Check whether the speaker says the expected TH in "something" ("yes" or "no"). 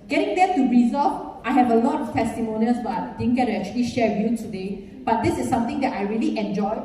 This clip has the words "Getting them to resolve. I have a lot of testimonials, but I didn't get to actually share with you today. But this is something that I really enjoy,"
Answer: no